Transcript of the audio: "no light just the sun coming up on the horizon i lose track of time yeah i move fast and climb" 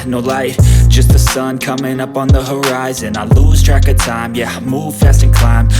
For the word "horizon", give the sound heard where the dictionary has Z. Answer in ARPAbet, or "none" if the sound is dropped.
Z